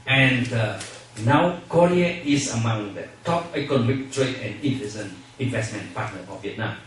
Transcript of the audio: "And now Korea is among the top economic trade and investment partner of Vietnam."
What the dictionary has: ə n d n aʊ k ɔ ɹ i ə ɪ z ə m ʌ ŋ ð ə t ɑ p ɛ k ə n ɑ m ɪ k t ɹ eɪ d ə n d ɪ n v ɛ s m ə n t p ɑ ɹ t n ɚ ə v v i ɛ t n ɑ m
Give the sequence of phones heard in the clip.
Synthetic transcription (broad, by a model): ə n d n aʊ k ɔ ɹ i ə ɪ s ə m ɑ ŋ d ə t ɑ p ɛ k ə n ɑ m ɪ k t ɹ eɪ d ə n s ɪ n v ɛ s m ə n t p ɑ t n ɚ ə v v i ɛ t n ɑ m